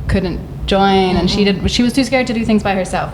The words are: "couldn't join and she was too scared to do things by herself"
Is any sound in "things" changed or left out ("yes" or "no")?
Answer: no